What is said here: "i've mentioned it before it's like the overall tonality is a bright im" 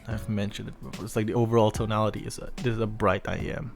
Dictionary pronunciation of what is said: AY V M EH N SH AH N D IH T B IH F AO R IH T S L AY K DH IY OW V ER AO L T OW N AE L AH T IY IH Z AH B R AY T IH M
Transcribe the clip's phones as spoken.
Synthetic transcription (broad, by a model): AY V M EH N SH AH N D IH T B IH F AO R IH T S L AY K DH IY OW V ER AO L T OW N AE L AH T IY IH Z AH B R AY T IH M